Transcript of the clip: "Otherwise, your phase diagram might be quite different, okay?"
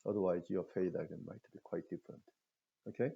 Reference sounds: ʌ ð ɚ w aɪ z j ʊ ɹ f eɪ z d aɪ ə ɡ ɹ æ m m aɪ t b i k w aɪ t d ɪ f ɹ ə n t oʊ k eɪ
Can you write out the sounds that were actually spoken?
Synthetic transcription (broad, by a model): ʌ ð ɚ w aɪ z j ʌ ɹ f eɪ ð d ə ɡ ʌ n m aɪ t b i k w aɪ t d ɪ f ɹ ə n t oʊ k eɪ